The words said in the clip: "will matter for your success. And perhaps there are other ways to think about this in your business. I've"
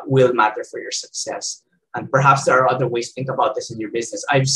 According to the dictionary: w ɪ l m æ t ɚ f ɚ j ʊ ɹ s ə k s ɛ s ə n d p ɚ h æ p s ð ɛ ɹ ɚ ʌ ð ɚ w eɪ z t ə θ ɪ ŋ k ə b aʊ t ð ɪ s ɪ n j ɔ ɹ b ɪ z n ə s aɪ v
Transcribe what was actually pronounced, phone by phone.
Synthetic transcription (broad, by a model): w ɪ l m æ t ɚ f ɚ j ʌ ɹ s ə k s ɛ s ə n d p ɚ h æ p s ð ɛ ɹ ɚ ʌ ð ɚ w eɪ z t θ ɪ ŋ k ə b aʊ t ð ɪ s ɪ n j ɔ ɹ b ɪ z n ə s aɪ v